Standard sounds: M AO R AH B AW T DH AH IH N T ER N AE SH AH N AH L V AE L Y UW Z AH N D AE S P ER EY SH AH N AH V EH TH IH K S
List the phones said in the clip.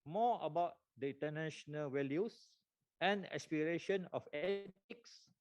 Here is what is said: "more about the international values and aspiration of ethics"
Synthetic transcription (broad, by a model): M AO AH B AW T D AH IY N T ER N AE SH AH N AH L W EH L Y UW S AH N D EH S P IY EY SH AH N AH F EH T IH K S